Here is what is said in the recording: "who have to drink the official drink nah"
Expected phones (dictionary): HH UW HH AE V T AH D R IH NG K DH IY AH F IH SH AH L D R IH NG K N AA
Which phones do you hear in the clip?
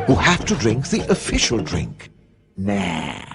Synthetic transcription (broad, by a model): HH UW HH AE F T AH D R IH NG K DH IY AH F IH SH AH L D R IH NG K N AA